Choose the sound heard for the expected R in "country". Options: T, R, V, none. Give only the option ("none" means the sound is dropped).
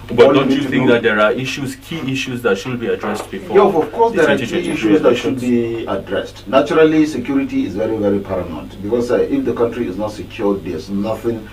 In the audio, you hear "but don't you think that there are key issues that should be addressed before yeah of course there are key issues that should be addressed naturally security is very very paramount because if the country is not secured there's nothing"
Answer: R